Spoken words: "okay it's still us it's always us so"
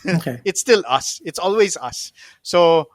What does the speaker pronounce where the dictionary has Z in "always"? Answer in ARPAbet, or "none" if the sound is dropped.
Z